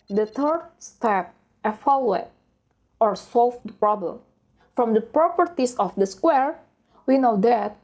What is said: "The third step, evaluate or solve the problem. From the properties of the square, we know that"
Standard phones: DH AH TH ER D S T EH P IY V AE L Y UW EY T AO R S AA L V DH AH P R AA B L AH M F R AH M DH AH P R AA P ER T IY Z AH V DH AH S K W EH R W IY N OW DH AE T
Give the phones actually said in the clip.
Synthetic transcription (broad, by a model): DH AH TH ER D S T EH P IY F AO L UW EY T AO R S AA L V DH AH P R AA B L AH M F R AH M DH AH P R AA P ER T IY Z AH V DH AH S K W EH R W IY N OW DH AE T